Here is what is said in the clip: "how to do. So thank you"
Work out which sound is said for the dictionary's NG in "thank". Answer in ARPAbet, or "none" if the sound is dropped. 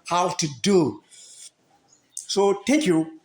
none